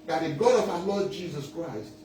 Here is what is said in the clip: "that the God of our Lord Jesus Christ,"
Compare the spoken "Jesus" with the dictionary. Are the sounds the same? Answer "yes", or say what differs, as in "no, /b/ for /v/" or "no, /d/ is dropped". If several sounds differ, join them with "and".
yes